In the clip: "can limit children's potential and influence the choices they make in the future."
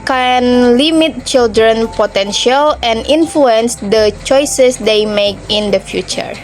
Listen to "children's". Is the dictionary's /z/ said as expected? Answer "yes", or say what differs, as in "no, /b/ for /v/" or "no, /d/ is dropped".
no, /z/ is dropped